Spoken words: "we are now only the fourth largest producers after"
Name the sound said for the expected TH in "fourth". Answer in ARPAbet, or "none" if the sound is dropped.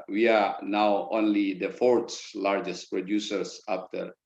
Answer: S